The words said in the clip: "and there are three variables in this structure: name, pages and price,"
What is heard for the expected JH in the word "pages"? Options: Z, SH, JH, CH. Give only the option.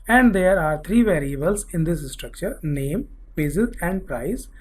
Z